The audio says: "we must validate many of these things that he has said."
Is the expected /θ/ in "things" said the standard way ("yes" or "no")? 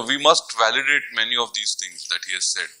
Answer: no